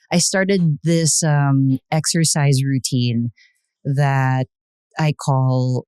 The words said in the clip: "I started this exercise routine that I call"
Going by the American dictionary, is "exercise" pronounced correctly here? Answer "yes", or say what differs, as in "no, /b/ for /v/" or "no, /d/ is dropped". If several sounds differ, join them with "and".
yes